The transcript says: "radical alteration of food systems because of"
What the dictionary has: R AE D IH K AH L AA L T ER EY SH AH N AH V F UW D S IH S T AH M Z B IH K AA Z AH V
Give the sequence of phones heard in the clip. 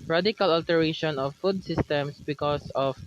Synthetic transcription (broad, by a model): R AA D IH K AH L AA L T ER EY SH AH N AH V F UW D S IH S T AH M S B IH K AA S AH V